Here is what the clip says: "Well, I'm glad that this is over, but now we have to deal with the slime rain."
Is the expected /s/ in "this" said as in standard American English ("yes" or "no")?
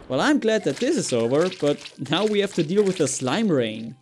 yes